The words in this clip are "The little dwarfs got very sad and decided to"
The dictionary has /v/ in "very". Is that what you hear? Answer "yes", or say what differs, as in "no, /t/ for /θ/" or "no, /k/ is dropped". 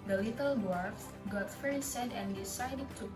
no, /f/ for /v/